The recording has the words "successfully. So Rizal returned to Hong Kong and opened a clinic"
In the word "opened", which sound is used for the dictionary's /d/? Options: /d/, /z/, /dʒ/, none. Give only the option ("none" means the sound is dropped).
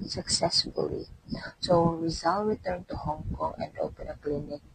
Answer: none